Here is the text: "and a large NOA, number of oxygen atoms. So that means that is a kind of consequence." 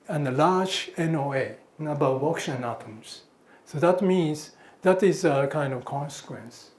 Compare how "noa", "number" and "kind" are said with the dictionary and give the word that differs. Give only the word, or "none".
number